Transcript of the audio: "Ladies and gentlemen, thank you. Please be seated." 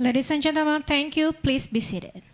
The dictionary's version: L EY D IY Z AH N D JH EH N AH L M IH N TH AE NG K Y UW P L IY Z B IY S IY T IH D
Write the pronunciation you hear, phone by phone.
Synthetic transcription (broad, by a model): L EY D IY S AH N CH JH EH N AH M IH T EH NG K Y UW P L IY S B IY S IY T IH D